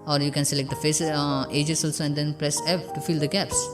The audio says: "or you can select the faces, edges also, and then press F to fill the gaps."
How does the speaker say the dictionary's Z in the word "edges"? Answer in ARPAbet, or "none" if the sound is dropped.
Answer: S